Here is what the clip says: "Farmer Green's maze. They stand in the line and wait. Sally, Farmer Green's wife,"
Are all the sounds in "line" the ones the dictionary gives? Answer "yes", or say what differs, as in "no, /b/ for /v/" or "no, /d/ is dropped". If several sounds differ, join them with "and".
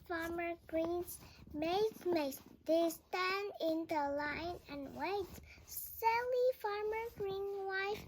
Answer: yes